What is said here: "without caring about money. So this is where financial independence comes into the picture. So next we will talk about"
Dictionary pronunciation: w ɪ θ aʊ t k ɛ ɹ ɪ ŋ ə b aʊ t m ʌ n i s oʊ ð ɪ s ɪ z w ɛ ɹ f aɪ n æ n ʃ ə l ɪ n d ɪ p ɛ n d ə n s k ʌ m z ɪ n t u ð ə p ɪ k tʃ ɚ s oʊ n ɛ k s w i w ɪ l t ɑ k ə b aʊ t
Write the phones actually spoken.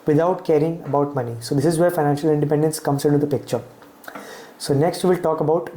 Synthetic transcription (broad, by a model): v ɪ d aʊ t k ɛ ɹ ɪ ŋ ə b aʊ t m ʌ n i s oʊ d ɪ s ɪ z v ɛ ɹ f aɪ n æ n ʃ ə l ɪ n d ɪ p ɛ n d ə n s k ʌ m s ɪ n t u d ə p ɪ k tʃ ɚ s oʊ n ɛ k s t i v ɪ l t ɑ k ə b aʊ t